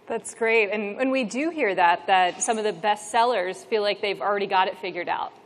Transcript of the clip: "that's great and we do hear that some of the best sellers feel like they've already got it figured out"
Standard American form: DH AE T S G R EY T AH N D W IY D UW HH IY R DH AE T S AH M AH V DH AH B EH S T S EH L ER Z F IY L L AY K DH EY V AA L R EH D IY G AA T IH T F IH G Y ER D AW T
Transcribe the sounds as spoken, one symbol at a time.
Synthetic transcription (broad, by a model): DH AE T S G R EY T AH N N W IY D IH HH IY R DH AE T S AH M AH V DH AH B EH S T S EH L ER Z F IY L L AY K DH EY V L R EH D IY G AA T IH T F IH G Y ER D AW T